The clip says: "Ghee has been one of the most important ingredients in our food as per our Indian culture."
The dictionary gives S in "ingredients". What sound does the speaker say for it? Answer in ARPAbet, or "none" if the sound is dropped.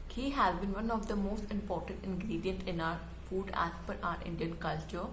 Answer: none